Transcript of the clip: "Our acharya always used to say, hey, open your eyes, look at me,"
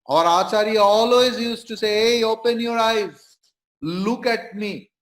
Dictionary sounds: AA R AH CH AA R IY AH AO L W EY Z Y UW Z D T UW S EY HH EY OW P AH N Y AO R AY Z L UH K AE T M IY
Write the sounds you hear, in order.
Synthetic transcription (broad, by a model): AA R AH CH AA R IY AO L W EY Z Y UW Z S T UW S EY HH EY OW P AH N Y AO R AY Z L UH K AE T M IY